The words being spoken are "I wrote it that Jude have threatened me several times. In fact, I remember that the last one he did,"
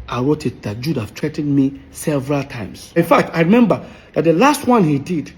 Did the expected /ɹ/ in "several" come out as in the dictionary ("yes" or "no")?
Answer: yes